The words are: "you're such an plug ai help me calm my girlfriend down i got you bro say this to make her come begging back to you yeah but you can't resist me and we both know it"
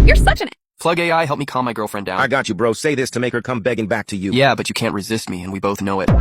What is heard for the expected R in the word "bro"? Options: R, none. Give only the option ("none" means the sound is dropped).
R